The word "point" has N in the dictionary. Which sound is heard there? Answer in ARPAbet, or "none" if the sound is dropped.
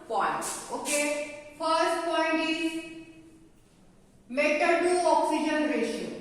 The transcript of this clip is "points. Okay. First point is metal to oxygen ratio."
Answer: N